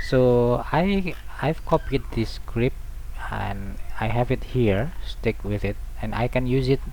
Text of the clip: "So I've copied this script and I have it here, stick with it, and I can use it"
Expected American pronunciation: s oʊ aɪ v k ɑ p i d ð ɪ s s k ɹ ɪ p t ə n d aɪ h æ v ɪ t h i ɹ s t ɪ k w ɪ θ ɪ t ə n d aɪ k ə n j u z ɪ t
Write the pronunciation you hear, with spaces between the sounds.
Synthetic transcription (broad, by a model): s oʊ aɪ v k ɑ p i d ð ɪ s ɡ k ɹ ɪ p ə n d aɪ h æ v ɪ t h i ɹ s t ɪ k w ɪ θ ɪ t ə n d aɪ k ə n j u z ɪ t